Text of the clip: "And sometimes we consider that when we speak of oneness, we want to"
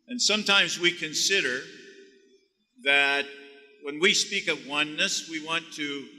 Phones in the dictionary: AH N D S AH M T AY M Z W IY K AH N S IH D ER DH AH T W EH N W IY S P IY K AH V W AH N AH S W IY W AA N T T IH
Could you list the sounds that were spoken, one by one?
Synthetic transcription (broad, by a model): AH N S AH M T AY M Z W IY K AH N S IH D ER DH AH T W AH N W IY S P IY K AH V W AH N AH S W IY W AA N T T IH